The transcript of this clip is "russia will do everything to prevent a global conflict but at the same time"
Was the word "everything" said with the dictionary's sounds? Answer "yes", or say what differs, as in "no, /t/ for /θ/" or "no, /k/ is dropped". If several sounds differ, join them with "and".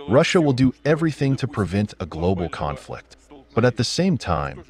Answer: yes